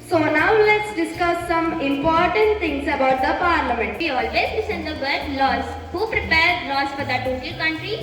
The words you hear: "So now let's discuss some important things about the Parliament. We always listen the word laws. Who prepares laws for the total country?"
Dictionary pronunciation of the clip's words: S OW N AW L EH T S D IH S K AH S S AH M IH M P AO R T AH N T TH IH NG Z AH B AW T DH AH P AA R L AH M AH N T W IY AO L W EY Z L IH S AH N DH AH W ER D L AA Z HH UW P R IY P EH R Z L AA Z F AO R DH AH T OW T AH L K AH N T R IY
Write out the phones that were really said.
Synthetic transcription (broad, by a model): S OW N AW L EH T S D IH S K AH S S AH M IH M P AO R T AH N T T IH NG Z AH B AW T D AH P AA R L AH M AH N T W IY AO L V EY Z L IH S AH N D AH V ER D L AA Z HH UW P R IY P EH R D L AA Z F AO R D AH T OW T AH K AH N T R IY